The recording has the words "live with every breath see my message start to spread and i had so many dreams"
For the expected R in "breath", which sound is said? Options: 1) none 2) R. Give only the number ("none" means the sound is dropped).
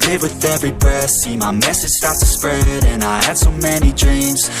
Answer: 1